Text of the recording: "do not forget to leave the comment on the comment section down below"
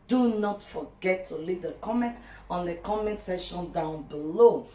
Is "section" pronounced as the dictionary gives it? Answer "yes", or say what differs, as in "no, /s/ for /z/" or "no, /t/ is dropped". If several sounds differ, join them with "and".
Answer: no, /k/ is dropped